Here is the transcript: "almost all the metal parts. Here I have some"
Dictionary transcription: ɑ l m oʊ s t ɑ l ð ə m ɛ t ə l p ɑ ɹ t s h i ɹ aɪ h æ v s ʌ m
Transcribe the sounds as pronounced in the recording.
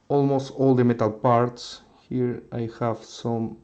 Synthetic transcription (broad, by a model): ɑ l m oʊ s t ɑ l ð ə m ɛ t ə l p ɑ ɹ t s h i ɹ aɪ h æ v s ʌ m